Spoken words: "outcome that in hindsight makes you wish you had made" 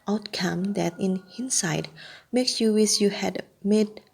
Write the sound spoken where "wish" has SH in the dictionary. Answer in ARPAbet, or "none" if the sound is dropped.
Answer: S